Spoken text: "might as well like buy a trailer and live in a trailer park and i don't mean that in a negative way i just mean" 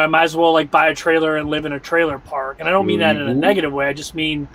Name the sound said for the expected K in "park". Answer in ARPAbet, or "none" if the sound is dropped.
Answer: K